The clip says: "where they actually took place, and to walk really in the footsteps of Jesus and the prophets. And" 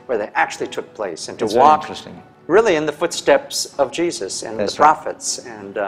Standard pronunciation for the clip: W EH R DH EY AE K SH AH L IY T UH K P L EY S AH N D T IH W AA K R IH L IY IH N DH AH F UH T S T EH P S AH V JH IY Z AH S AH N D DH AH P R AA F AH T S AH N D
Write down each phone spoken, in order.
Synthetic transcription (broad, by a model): W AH R DH EY AE K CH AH L IY T UH K P L EY S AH N T IH W AA K R IH L IY IH N DH AH F UH T S T EH P S AH V JH IY Z AH S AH N DH AH P R AA F AH T S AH N